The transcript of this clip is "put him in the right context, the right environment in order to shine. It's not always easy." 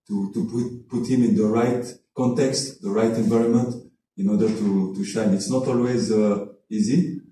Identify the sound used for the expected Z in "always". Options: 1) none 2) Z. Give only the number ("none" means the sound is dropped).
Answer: 2